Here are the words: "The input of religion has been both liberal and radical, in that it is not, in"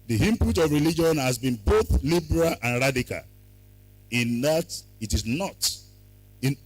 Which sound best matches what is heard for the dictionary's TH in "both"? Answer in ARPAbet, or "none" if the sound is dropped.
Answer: TH